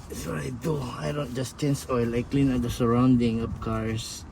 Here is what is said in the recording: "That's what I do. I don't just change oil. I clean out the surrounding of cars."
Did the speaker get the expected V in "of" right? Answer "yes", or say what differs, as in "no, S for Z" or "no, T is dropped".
no, P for V